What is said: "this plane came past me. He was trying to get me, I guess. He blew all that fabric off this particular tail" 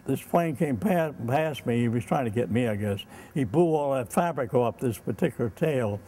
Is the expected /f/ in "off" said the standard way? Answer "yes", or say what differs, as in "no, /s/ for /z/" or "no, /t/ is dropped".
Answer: no, /p/ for /f/